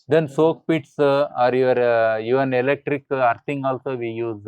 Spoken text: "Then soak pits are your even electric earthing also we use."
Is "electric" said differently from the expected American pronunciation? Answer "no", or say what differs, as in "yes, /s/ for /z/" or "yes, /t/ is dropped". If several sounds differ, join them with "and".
no